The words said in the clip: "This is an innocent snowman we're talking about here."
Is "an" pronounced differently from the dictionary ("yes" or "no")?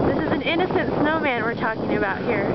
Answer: no